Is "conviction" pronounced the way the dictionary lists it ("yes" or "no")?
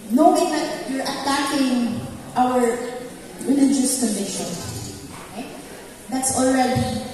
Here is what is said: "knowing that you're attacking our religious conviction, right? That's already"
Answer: no